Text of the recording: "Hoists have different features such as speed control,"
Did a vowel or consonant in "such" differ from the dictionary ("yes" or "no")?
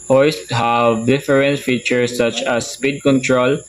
no